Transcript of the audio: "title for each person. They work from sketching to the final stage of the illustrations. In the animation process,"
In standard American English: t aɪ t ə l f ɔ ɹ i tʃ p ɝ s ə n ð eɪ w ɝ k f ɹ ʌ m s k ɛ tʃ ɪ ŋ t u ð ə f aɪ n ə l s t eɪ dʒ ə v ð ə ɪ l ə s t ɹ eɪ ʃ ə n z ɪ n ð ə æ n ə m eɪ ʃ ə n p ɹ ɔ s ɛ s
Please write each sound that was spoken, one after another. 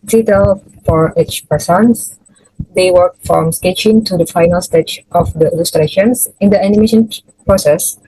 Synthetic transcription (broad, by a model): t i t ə l f ɔ ɹ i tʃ p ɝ s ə n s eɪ w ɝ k f ɹ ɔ m s k ɛ tʃ ɪ ŋ t u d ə f aɪ n ə l s t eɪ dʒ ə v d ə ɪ l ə s t ɹ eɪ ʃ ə n s ɪ n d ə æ n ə m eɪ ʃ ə n p ɹ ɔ s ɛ s